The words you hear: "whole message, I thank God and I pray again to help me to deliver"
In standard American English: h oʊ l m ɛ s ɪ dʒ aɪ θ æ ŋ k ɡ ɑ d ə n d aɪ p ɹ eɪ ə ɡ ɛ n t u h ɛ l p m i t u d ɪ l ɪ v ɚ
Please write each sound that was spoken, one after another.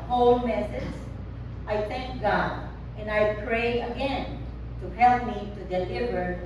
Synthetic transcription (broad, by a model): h oʊ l m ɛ s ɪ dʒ aɪ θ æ ŋ k ɡ ɑ d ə n aɪ p ɹ eɪ ə ɡ ɛ n t u h ɛ l p m i t u d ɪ l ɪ v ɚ